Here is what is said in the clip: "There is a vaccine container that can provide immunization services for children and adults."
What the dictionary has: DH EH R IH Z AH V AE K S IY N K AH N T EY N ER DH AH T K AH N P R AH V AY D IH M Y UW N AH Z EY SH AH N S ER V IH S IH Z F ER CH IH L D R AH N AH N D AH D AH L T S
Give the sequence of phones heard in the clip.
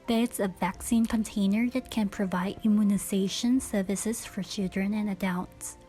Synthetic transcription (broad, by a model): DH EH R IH S AH V AE K S IY N K AH N T EY N ER DH AH T K AH N P R AH V AY D IH M Y UW N AH Z EY SH AH N S ER V IH S IH Z F ER CH IH L D R AH N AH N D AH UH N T S